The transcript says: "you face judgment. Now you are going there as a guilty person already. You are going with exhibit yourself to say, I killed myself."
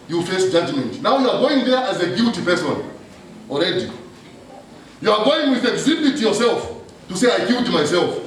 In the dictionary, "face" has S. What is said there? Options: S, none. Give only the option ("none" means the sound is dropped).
S